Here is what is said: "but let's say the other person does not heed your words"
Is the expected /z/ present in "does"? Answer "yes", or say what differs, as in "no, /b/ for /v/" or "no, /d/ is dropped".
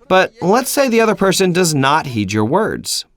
yes